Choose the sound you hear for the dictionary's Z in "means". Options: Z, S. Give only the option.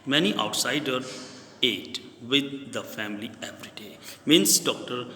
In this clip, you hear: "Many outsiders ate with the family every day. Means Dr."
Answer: S